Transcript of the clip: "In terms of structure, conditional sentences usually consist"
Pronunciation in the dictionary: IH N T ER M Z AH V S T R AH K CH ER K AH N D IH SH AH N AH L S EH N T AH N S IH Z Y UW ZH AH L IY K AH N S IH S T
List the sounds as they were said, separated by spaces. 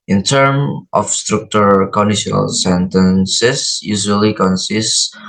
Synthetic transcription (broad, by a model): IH N T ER M AH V S T R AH K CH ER K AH N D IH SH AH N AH L S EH N T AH N S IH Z Y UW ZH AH L IY K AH N S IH S T